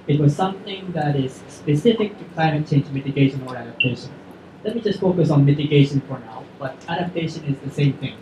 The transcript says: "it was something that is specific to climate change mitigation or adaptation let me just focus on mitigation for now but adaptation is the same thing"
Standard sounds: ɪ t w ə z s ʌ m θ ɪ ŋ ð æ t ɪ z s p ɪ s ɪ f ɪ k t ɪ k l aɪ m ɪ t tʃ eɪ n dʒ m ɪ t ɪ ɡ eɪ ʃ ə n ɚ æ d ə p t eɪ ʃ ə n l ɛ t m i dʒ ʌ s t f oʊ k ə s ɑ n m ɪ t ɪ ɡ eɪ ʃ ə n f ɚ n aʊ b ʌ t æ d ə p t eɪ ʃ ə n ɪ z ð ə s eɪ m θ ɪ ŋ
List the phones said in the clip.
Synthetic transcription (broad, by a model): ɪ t w ə z s ʌ m θ ɪ ŋ ð æ t ɪ z s p ɪ s ɪ f ɪ k t ɪ k l aɪ m ɪ t tʃ eɪ n dʒ m ɪ t ɪ ɡ eɪ ʃ ə n ɚ æ d ə p t eɪ ʃ ə n l ɛ t m i dʒ ʌ s t f oʊ k ə s ɑ n m ɪ t ɪ ɡ eɪ ʃ ə n f ɚ n aʊ b ʌ t æ d ə p t eɪ ʃ ə n ɪ z ð ə s eɪ m θ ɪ ŋ